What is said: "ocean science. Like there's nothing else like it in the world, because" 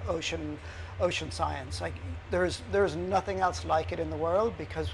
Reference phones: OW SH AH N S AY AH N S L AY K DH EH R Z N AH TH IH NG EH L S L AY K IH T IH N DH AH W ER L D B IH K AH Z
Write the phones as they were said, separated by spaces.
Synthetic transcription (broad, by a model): OW SH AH N S AY AH N S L AY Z DH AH R Z N AH TH IH NG EH L S L AY K IH T IH N DH AH W ER L D B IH K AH Z